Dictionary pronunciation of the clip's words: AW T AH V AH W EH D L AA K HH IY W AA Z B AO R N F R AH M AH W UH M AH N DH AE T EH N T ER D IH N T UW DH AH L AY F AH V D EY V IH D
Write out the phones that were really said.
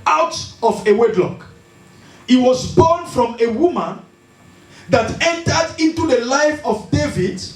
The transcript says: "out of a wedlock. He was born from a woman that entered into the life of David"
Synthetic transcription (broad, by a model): AW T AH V AH W EH D L AA K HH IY W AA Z B AO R N F R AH M AH W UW M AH N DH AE T EH N T ER D IH N T UW DH AH L AY F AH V D EY V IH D